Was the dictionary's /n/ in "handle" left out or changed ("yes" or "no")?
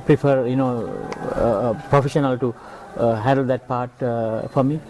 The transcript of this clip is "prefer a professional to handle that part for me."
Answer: no